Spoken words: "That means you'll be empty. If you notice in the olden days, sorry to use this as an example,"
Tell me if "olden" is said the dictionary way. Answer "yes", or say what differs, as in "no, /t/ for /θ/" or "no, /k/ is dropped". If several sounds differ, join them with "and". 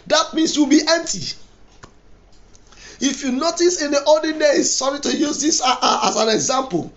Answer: no, /l/ is dropped